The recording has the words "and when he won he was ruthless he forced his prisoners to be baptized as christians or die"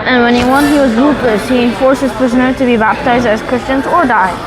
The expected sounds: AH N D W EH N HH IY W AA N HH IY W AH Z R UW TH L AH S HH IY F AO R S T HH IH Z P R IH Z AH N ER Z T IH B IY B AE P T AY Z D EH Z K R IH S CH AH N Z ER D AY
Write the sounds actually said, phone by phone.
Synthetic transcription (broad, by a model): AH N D W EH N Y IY W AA N HH IY W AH Z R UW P L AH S HH IY F AO R S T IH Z P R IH Z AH N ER T IH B IY B AE P T AY Z D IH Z K R IH S CH AH N Z ER D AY